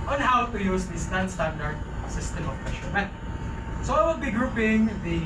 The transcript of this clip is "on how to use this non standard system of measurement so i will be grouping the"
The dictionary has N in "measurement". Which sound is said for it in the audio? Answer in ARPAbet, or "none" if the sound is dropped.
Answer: none